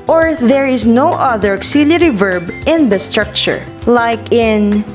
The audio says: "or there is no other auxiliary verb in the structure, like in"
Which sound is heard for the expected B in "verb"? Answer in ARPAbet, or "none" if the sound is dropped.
B